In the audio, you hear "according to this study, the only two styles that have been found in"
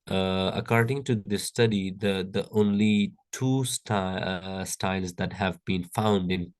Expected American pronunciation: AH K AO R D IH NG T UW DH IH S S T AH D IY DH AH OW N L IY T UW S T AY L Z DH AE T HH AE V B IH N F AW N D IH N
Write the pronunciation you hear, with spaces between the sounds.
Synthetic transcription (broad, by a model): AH K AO R D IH NG T UW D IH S S T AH D IY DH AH OW N L IY T UW S T AY L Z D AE T HH AE V B IH N F AW N D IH N